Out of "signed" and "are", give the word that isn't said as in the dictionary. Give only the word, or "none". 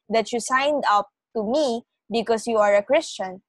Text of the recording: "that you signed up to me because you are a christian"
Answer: none